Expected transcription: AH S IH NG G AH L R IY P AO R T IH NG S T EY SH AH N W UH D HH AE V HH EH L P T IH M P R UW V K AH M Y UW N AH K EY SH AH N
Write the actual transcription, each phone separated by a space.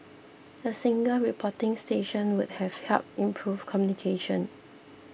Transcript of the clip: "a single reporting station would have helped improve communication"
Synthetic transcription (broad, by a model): AH S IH NG G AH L R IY P AO T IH NG S T EY SH AH N W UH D HH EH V HH EH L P IH M P R UW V K AH M Y UW N AH K EY SH AH N